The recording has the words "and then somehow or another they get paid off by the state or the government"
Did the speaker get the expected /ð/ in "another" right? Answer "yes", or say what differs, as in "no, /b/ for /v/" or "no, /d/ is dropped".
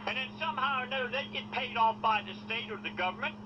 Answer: no, /ð/ is dropped